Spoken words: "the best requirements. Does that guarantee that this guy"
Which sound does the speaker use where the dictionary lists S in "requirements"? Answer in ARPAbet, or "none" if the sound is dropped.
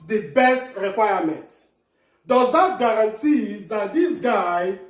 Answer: none